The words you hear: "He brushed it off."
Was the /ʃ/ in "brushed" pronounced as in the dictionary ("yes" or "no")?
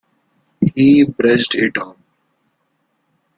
no